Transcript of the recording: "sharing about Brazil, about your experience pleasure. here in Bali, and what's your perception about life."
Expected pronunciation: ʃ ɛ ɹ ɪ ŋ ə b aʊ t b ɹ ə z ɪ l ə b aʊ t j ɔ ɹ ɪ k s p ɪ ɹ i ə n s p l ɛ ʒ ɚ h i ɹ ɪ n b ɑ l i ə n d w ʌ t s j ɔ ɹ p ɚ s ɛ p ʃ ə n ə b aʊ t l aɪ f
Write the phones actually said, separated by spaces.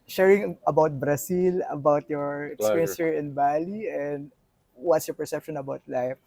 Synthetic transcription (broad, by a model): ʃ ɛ ɹ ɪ ŋ ə b aʊ t b ɹ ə s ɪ l ə b aʊ t j ɔ ɹ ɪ k s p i ɹ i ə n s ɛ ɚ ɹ ɪ n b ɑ l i ə n d w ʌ t s j ɔ ɹ p ɚ s ɛ p ʃ ə n ə b aʊ t l aɪ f